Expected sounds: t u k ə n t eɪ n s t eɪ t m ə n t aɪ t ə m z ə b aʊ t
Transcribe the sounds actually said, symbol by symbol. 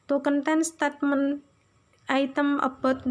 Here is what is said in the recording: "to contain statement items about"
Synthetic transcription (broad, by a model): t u k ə n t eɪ n s t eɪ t m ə n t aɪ t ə m ə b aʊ t